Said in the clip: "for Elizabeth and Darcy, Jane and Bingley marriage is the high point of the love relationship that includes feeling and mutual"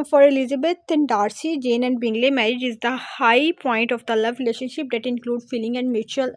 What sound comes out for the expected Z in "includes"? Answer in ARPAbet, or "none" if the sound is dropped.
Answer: none